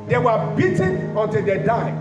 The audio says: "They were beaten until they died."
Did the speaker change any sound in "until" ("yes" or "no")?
no